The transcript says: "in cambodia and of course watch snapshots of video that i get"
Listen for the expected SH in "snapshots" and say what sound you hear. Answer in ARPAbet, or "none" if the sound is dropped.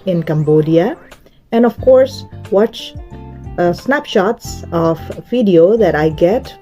SH